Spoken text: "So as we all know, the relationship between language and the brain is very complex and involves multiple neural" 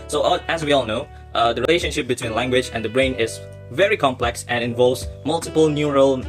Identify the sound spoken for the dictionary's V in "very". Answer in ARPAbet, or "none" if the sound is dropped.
V